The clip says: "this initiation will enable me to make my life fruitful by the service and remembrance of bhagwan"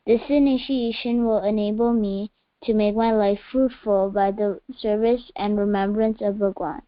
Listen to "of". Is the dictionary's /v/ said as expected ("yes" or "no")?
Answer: yes